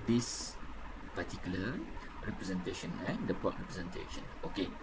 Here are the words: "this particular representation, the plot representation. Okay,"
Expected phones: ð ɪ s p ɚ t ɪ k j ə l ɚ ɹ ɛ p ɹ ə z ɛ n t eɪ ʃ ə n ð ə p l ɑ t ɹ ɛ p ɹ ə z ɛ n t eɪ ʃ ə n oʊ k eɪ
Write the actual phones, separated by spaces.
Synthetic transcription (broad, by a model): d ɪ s p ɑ t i k j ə l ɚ ɹ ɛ p ɹ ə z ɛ n t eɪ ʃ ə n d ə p ɑ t ɹ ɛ p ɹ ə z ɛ n t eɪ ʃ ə n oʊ k eɪ